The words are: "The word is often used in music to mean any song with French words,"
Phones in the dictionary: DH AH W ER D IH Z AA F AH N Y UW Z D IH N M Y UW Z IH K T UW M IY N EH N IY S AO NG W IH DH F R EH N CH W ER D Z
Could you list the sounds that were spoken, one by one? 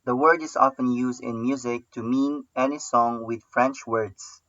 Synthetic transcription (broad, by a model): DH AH W ER D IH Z AA F AH N Y UW Z D IH N M Y UW Z IH K T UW M IY N EH N IY S AO NG W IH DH F R EH N CH W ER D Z